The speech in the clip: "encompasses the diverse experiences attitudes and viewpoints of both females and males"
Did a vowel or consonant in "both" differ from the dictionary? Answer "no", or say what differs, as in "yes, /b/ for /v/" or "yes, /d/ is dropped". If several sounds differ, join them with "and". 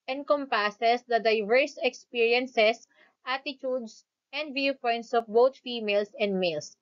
yes, /t/ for /θ/